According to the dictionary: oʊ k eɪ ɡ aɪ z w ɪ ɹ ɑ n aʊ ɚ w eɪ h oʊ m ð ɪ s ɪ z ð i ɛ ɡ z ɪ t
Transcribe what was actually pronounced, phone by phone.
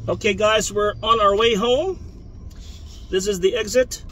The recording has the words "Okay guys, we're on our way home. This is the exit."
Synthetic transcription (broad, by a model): oʊ k eɪ ɡ aɪ z w ɪ ɹ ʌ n aʊ ɚ w eɪ h oʊ m ð ɪ s ɪ z ð i ɛ ɡ z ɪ t